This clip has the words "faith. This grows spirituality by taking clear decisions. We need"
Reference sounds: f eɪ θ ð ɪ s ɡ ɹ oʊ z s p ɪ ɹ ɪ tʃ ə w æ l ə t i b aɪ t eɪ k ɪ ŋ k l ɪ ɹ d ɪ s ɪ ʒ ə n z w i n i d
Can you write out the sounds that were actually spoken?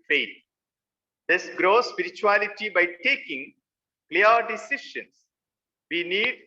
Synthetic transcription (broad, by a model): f eɪ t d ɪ s ɡ ɹ oʊ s p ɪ ɹ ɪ tʃ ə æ l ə t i b aɪ t eɪ k ɪ ŋ k l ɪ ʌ d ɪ s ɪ ʃ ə n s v i n i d